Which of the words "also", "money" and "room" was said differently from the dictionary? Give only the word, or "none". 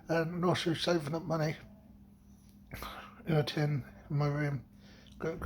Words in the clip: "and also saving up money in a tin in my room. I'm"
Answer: also